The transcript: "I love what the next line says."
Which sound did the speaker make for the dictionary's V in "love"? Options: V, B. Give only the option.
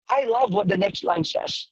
V